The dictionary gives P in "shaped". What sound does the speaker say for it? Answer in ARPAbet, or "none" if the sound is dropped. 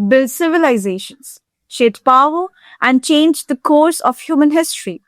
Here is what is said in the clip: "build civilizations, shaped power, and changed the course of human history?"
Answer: none